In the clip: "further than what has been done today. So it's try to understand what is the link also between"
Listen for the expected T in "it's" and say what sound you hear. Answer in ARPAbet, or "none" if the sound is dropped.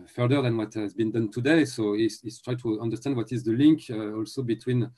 S